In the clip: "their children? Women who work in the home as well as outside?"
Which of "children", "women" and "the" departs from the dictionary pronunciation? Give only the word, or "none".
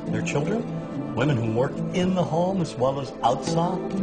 none